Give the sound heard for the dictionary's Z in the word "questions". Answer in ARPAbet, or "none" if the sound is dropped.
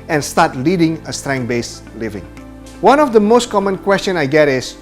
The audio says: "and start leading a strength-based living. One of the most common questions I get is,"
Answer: none